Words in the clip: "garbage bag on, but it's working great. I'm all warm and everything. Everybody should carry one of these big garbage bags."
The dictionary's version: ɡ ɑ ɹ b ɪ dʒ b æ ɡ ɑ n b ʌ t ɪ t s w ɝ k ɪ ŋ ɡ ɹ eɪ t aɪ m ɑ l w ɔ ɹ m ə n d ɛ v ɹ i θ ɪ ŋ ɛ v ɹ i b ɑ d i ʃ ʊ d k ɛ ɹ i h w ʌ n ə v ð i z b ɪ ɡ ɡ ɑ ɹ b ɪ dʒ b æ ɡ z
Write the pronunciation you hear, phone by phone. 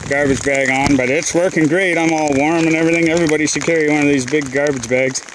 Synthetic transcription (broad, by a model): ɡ ɑ ɹ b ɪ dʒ b æ ɡ n b ʌ t ɪ t s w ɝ k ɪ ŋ ɡ ɹ eɪ t aɪ m ɑ l w ɔ ɹ m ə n ɛ v ɹ i θ ɪ ŋ ɛ v ɹ i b ɑ d i s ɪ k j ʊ ɹ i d w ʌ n ə v ð i z b ɪ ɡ ɡ ɑ ɹ b ɪ dʒ b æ ɡ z